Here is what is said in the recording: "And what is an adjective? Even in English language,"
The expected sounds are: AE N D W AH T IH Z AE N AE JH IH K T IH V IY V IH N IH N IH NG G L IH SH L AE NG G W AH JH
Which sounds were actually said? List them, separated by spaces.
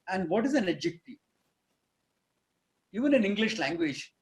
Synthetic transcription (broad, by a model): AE N D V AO T IH Z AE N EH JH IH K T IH IY V IH N IH N IH NG G L IH SH L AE NG G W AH JH